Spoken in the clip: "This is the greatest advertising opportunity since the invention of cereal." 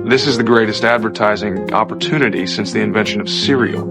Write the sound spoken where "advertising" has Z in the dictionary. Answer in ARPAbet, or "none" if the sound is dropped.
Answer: Z